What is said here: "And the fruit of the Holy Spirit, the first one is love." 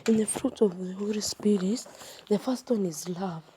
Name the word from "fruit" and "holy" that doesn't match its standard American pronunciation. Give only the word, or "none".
none